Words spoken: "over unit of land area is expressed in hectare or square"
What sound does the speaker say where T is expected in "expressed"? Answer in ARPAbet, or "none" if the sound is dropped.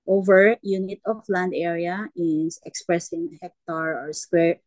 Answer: none